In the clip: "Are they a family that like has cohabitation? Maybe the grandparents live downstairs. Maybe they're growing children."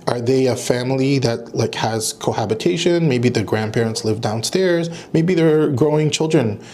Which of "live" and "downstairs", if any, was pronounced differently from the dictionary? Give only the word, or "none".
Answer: none